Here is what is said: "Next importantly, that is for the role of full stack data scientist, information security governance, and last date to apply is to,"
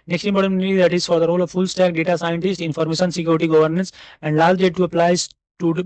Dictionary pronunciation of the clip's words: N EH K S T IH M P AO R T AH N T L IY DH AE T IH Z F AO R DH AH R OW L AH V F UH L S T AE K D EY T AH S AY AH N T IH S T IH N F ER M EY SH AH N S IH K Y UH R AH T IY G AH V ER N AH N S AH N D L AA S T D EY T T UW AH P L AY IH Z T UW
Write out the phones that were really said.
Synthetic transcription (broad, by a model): N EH K S T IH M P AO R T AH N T IY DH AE T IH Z F AO R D AH R OW L AH V F UH L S T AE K D EY T AH S AY AH N T IH S T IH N F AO M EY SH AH N S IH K Y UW R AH T IY G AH V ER N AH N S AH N D L AA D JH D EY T T UW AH P L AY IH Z T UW